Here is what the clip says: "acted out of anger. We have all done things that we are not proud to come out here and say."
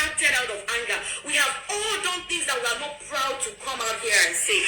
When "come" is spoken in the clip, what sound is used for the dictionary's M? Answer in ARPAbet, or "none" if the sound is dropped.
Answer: M